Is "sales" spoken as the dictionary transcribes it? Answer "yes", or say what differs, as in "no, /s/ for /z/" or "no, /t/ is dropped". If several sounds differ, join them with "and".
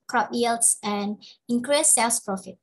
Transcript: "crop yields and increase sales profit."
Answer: no, /s/ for /z/